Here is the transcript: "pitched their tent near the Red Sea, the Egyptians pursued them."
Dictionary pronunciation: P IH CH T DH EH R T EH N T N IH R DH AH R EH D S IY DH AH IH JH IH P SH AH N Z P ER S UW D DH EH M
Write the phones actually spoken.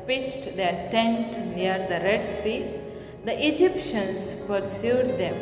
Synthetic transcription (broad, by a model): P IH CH T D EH R T EH N T N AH R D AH R EH D S IY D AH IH JH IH P SH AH N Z P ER S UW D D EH M